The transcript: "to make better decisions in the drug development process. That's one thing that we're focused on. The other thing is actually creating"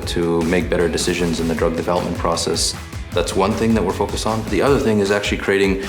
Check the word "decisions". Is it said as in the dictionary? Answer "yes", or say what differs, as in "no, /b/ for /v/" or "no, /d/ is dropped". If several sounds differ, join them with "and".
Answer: yes